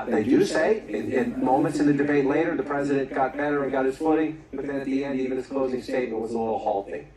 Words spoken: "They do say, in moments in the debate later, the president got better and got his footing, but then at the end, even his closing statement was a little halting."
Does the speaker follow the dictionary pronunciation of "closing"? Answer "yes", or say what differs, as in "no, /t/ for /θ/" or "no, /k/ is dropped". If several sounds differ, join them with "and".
yes